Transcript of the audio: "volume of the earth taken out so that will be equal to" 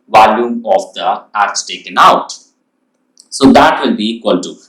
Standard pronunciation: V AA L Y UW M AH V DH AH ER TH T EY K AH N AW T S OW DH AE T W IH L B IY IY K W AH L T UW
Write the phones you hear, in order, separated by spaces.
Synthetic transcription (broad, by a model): V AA L Y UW M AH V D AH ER S T EY K AH N AW T S OW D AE T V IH L B IY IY K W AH L T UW